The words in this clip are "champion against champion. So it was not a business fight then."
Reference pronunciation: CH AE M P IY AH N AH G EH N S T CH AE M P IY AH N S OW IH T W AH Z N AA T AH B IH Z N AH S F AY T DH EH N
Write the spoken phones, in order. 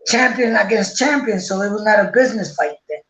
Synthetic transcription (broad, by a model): CH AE M P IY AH N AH G EH N S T CH AE M P IY AH N S OW IH T W AH Z N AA T AH B IH Z N AH S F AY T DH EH